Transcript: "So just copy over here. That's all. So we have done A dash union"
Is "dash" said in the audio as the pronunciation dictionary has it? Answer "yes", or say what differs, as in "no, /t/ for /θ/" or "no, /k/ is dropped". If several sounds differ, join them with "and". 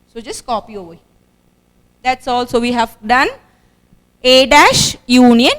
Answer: yes